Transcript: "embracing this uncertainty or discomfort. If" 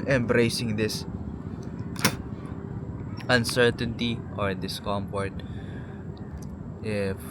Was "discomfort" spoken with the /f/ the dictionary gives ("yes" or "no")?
no